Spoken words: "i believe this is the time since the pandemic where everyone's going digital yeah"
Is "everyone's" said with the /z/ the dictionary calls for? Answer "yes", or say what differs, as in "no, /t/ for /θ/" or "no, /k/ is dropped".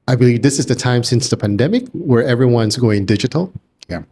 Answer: yes